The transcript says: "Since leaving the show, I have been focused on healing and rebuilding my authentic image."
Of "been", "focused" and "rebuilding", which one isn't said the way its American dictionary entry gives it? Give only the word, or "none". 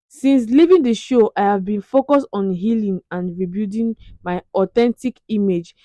rebuilding